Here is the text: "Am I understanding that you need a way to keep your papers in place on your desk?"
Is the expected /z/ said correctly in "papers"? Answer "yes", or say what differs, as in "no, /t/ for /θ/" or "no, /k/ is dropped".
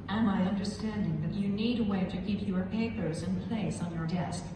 yes